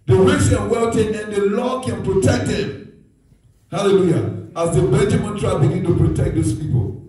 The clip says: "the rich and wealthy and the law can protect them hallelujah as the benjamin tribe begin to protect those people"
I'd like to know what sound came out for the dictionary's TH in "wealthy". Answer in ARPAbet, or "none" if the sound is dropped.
T